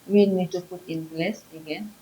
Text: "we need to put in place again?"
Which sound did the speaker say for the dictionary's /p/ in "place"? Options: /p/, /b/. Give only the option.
/b/